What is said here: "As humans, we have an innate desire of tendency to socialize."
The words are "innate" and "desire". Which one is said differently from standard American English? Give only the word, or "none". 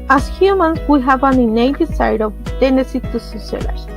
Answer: desire